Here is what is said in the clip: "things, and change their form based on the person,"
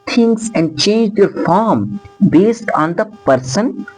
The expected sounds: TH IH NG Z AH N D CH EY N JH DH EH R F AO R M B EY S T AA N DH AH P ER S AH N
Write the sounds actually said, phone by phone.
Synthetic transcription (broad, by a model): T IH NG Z AH N D CH EY N JH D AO R F AO R M B EY S T AA N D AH P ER S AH N